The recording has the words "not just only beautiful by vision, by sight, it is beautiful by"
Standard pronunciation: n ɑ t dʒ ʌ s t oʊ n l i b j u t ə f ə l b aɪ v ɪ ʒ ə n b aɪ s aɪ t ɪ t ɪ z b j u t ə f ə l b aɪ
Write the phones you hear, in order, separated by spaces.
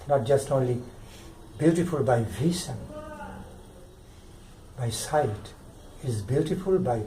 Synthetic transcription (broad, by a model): n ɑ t dʒ ʌ s t oʊ n l i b j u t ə f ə l b aɪ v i s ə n b aɪ s aɪ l ɪ t ɪ z b j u t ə f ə l b aɪ